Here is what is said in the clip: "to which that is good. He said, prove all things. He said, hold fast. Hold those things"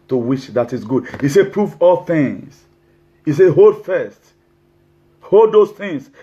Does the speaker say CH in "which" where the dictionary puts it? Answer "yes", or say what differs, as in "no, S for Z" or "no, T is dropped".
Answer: no, SH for CH